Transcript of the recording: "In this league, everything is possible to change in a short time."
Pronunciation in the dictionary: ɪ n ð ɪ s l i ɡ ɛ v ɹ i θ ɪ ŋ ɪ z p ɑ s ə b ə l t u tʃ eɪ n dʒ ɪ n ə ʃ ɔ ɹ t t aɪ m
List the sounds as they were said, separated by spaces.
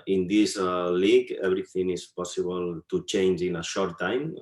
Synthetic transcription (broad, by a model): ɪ n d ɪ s l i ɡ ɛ b ɹ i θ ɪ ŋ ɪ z p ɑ s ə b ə l t u tʃ eɪ n dʒ ɪ n ə ʃ ɔ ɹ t t aɪ m